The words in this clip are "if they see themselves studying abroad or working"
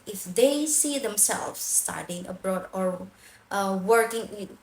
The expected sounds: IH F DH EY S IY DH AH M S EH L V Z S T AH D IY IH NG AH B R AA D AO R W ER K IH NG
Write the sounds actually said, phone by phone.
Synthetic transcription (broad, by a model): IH F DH EY S IY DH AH M S EH L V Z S T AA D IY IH NG AH B R AA D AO R W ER K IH NG